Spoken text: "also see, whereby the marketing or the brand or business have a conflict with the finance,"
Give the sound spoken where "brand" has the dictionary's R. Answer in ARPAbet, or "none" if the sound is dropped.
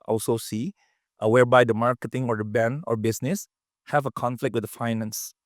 none